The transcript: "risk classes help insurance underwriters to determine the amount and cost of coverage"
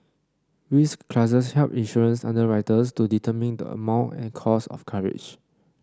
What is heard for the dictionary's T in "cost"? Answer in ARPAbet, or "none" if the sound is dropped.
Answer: none